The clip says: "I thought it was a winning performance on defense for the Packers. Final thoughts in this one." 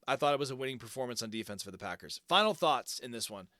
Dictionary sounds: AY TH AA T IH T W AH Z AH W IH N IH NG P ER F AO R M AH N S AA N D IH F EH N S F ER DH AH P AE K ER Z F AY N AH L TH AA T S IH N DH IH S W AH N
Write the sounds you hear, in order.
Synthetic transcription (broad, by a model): AY TH AA T IH T W AH Z AH W IH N IH NG P ER F AO R M AH N S N D IH F EH N S F ER DH AH P AE K ER Z F AY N L TH AA T S IH N DH IH S W AH N